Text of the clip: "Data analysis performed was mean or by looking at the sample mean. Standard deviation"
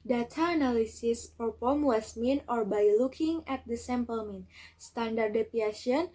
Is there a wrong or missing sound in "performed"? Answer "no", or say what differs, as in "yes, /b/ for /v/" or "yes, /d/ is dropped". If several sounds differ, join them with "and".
yes, /p/ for /f/